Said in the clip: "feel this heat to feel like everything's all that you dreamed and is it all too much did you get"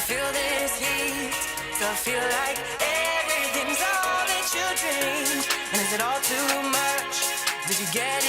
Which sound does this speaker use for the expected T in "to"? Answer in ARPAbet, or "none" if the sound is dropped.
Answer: S